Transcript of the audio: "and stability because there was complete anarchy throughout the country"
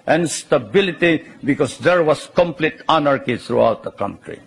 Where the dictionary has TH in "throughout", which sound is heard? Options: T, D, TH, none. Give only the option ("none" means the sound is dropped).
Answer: T